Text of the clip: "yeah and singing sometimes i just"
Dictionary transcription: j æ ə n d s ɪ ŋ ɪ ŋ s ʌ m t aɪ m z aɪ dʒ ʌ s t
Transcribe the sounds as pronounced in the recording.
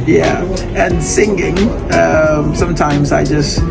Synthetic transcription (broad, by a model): j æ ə n s ɪ ŋ ɪ ŋ s ʌ m t aɪ m z aɪ dʒ ʌ s t